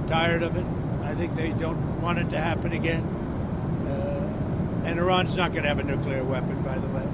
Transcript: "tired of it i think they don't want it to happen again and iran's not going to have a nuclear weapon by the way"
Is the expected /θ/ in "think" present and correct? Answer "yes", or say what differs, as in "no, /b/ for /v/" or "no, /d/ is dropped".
yes